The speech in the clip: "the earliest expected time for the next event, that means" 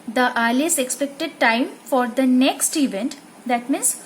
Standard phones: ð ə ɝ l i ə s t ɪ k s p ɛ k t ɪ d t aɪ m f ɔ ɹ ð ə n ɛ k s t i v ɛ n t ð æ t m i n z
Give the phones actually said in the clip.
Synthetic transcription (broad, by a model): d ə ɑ l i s ɪ k s p ɛ k t ɪ d t aɪ m f ɔ ɹ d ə n ɛ k s t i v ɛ n t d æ t m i n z